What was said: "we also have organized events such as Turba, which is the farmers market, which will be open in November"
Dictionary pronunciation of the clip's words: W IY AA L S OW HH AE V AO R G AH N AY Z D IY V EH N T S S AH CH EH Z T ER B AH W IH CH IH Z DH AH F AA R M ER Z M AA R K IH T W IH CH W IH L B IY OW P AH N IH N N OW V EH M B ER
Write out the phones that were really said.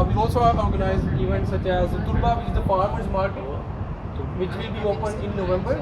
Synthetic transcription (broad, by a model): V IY AA L S OW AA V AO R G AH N AY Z IY V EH N T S S AH CH EH Z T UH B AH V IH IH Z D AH P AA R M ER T M AA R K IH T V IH CH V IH L B IY OW P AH N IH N N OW V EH M B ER